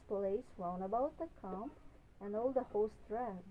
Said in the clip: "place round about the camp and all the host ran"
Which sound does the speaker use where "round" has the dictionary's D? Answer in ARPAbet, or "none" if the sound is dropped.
none